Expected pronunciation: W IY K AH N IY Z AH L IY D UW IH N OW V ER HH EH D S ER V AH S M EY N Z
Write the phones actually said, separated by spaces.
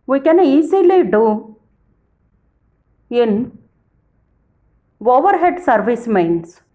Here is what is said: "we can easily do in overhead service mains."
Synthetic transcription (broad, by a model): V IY K AH N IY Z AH L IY D UW IH N OW V ER HH EH D S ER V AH S M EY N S